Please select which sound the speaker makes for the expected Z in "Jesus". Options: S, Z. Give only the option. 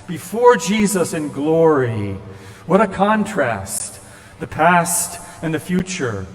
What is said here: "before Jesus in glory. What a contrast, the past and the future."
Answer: Z